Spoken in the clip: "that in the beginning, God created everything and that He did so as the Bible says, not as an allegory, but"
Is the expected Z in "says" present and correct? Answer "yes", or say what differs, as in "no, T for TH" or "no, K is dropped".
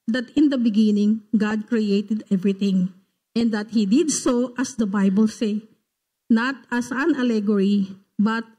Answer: no, Z is dropped